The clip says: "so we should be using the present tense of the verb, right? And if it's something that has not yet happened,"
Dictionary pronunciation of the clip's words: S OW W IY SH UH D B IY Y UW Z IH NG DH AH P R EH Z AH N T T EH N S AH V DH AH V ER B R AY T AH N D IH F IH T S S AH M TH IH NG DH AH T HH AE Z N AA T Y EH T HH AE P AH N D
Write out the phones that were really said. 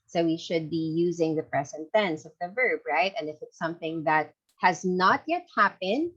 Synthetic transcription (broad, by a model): S OW W IY SH UH D B IY Y UW Z IH NG DH AH P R EH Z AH N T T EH N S AH V DH AH V ER B R AY T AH N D IH F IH T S S AH M TH IH NG DH AH T HH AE Z N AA T Y EH T HH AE P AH N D